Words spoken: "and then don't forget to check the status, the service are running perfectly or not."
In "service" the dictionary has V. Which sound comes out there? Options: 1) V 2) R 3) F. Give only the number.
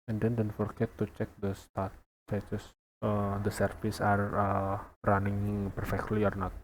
3